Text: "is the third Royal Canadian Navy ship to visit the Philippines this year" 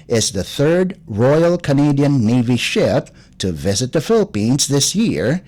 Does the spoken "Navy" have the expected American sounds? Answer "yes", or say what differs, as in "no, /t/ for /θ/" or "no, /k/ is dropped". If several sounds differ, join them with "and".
yes